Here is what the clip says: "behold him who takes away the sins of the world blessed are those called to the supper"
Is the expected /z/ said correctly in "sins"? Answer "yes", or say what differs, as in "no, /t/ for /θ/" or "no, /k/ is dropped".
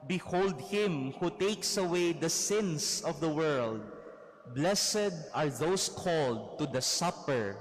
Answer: no, /s/ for /z/